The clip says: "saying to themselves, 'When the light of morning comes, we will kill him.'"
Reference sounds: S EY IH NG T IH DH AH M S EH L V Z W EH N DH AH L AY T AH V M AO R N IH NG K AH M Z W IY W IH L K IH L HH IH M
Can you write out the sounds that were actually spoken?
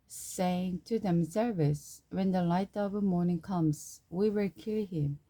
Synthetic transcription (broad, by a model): S EY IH NG T IH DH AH M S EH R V S W EH N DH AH L AY T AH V M AO R N IH NG K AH M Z W IY W IH L K IH L HH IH M